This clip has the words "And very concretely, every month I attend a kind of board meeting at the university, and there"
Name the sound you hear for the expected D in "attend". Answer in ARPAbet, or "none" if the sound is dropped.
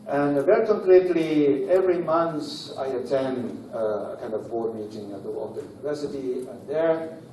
D